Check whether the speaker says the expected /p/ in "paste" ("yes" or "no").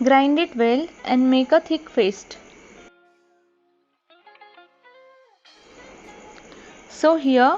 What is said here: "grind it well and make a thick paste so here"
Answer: no